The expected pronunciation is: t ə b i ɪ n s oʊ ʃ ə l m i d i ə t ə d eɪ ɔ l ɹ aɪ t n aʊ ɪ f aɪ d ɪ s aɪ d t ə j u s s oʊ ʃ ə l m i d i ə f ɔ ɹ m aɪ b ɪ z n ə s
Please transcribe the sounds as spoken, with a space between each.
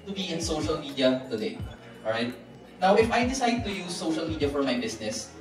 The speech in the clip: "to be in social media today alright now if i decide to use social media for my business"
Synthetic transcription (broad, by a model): t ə b i ɪ n s oʊ ʃ ə l m i d i ə t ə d eɪ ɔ ɹ aɪ t n aʊ ɪ f aɪ d ɪ s aɪ d t ə j u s s oʊ ʃ ə l m i d i ə f ɔ ɹ m aɪ b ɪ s n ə s